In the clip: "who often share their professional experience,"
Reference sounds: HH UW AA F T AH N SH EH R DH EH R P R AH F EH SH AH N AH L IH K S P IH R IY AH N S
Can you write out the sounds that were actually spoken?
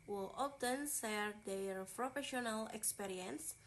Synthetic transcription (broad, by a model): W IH AA F T AH N S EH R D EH R P R AH F EH SH AH N AH L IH K S P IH R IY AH N S